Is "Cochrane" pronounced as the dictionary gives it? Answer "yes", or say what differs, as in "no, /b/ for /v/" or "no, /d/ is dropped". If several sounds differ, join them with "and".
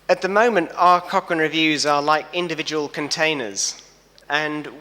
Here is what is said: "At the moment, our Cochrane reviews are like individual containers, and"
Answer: no, /ɹ/ is dropped